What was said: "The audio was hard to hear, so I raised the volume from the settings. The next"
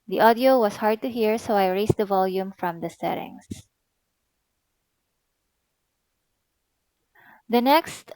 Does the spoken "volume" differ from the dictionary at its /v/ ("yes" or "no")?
no